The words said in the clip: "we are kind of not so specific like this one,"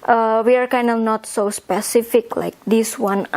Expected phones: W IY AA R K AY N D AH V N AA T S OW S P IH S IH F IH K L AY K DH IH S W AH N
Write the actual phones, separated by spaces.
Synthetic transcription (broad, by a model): W IY AA R K AY N D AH N AA T S OW S P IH S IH F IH K L AY K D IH S W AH N